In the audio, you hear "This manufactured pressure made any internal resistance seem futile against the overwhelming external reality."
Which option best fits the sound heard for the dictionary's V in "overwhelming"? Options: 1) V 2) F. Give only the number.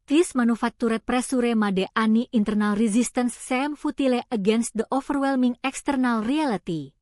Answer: 2